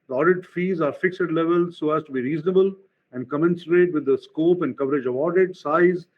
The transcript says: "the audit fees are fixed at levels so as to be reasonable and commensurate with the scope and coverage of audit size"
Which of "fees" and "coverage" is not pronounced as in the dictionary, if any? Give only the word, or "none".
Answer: none